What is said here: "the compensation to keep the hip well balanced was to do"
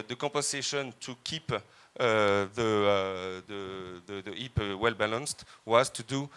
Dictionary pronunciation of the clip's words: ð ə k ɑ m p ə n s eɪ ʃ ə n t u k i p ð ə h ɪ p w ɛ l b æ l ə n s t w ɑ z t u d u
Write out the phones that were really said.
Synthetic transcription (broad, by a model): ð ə k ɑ p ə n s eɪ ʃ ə n t u k i p ð ə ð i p w ɛ l b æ l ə n s t w ɑ z t u d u